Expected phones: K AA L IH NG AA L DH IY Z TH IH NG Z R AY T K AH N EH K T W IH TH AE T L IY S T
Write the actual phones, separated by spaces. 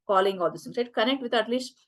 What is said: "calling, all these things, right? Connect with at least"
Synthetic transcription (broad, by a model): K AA L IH NG AA L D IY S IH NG R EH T K AH N EH K T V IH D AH T L IY S T